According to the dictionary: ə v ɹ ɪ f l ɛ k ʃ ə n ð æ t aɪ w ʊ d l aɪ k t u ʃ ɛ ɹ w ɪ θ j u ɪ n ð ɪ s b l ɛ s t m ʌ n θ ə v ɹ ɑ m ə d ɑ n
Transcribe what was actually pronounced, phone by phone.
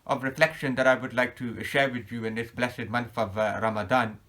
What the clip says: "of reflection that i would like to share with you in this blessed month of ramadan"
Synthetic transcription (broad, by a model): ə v ɹ ɪ f l ɛ k ʃ ə n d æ t aɪ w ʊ d l aɪ k t u ʃ ɛ ɹ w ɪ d j u ɪ n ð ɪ s b l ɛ s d m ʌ n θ ə v ɹ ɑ m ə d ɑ n